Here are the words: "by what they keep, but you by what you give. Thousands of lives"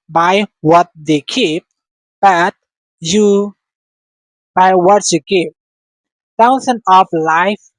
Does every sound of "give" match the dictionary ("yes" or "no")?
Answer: no